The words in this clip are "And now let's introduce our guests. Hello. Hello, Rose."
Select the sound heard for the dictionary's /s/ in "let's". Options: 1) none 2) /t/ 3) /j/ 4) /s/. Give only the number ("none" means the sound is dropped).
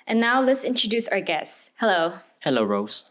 4